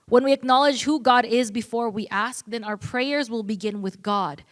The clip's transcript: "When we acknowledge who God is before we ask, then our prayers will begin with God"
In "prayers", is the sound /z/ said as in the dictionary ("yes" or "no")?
yes